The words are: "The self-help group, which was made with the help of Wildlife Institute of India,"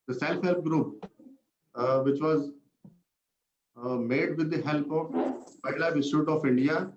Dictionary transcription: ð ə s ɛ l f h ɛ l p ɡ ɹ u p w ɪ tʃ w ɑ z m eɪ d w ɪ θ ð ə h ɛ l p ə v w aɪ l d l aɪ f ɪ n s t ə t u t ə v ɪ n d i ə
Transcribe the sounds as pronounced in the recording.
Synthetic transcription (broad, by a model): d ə s ɛ l f h ɛ l p ɡ ɹ u p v ɪ tʃ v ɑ z m eɪ d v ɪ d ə h ɛ l p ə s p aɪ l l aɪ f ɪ s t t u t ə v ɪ n d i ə